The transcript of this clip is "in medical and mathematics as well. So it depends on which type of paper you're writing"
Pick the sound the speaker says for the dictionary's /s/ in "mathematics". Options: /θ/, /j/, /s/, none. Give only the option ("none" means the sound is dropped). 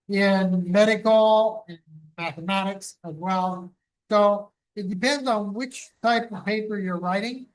/s/